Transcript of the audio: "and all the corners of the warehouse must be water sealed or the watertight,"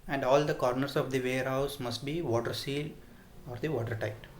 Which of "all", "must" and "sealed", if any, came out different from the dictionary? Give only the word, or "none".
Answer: sealed